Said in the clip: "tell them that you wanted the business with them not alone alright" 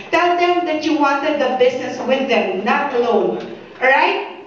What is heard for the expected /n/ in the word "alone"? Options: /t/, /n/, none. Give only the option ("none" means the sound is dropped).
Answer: none